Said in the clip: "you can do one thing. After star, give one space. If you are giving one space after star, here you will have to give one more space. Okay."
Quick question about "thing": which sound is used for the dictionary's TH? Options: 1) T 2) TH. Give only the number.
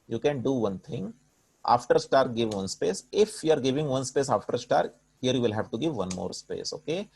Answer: 1